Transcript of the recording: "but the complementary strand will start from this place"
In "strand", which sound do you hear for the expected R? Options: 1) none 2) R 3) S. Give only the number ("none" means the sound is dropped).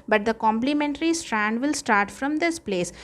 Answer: 2